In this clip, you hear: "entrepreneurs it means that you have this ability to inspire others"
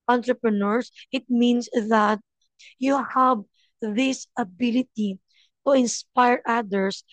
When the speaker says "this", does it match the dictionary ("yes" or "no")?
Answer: yes